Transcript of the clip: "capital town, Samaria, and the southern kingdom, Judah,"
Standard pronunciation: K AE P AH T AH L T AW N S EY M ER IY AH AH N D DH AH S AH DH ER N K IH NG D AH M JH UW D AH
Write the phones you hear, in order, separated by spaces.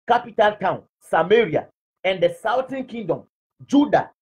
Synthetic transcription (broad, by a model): K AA P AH T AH L T AW N S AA M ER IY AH AH N D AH S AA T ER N K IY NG D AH M JH UW D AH